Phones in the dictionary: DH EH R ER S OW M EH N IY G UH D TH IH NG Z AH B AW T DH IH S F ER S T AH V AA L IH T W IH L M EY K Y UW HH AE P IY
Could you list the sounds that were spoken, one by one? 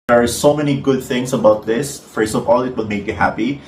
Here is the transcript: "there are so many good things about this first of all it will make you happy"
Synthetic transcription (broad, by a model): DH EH R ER S OW M EH N IY G UH D TH IH NG S AH B AW T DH IH S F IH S AH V AA L IH T W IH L M EY K Y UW HH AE P IY